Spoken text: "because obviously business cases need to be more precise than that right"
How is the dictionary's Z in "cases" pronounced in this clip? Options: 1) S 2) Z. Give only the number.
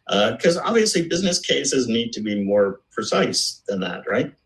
2